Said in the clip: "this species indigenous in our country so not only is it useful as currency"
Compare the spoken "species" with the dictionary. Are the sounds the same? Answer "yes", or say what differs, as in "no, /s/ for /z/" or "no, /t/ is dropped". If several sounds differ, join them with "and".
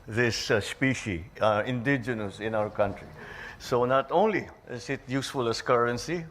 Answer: no, /z/ is dropped